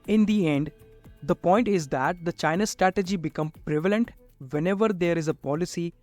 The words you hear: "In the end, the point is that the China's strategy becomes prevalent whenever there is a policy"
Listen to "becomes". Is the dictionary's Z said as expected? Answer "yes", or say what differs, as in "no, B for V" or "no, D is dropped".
no, Z is dropped